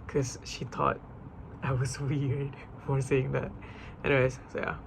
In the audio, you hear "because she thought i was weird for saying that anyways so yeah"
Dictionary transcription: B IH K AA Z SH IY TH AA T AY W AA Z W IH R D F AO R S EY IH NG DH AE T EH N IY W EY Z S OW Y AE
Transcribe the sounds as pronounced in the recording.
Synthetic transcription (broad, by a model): K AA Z SH IY T AA T AY W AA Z W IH R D F AO R S EY IH NG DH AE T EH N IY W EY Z S OW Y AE